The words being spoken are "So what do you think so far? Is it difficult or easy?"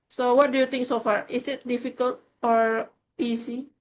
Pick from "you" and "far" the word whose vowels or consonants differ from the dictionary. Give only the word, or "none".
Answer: none